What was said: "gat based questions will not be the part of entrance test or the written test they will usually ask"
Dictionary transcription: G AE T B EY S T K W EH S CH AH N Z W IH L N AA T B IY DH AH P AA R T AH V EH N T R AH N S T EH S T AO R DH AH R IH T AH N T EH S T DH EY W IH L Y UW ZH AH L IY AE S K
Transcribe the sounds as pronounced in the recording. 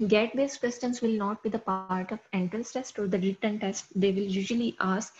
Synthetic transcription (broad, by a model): G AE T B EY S K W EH S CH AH N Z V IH L N AA T B IY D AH P AA R T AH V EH N T AH L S T EH S T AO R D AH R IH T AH N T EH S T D EY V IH L Y UW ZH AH L IY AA S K